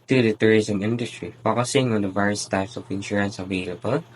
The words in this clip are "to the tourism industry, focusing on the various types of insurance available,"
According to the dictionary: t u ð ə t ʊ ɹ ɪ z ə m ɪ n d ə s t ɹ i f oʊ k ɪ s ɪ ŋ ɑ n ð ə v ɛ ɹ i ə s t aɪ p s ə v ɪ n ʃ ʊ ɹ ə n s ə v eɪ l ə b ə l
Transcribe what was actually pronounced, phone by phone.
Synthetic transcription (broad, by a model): t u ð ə t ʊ ɹ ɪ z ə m ɪ n d ə s t ɹ i f oʊ k ɪ s ɪ ŋ ɑ n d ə v ɛ ɹ i ə s t aɪ p s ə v ɪ n ʃ ʊ ɹ ə n s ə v eɪ l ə b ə l